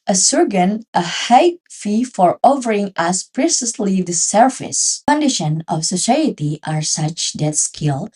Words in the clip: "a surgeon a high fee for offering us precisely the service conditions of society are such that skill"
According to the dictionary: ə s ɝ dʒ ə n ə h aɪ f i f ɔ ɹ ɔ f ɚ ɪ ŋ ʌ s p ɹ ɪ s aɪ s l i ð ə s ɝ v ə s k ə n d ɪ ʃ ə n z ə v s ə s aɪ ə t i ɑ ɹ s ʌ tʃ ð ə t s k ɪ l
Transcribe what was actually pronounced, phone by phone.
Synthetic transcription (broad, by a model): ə s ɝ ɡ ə n ə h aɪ f i f ɔ ɹ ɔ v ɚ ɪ ŋ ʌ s p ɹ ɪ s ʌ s l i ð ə s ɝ f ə s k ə n d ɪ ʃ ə n ə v s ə s aɪ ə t i ɑ ɹ s ʌ tʃ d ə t s k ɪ l